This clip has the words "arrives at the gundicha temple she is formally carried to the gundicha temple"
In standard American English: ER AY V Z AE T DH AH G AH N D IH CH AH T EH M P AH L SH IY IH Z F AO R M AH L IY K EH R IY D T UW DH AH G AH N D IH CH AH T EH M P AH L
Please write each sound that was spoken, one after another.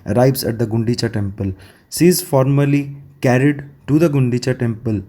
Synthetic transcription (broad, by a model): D AY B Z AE T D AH G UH N D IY CH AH T EH M P AH L S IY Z F AO R M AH L IY K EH R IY D T UW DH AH G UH N D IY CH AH T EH M P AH L